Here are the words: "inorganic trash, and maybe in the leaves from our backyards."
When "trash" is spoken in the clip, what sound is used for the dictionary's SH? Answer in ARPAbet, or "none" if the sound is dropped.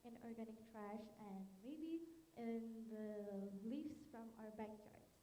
SH